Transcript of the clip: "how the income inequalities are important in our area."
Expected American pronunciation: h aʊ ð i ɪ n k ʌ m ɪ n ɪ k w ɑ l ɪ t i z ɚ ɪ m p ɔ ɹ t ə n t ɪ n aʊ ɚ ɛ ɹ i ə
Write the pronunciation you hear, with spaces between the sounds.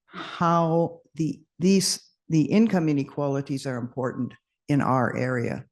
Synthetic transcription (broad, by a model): h aʊ ð i ɪ n k ʌ m ɪ n ɪ k w ɑ l ɪ t i z ɚ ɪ m p ɔ ɹ t n t ɪ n aʊ ɚ ɛ ɹ i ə